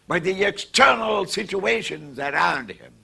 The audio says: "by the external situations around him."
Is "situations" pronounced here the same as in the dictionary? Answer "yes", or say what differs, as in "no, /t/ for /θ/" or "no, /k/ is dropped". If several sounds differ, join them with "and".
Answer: yes